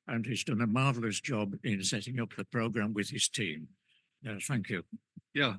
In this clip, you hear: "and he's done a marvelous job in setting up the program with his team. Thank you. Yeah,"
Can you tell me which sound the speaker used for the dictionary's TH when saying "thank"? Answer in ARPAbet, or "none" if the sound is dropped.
TH